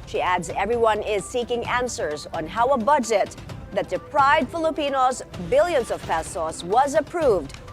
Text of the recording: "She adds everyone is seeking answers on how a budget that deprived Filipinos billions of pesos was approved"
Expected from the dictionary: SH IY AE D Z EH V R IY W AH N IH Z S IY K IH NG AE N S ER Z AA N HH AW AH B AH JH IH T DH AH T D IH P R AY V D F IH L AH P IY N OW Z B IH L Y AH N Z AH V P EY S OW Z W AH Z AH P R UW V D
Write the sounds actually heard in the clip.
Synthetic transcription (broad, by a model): SH IY AE D Z EH V R IY W AH N IH Z S IY K IH NG AE N S ER Z N HH AW AH B AH JH IH T DH AH T D IH P R AY V D F IH L AH P IY N OW Z B IH L Y AH N Z AH V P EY S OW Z W AH Z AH P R UW V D